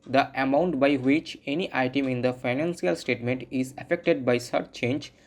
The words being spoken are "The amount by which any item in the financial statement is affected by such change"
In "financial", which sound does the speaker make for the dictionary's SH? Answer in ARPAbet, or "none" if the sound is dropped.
S